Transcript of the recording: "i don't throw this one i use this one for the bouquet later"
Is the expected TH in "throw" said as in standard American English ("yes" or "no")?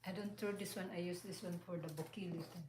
no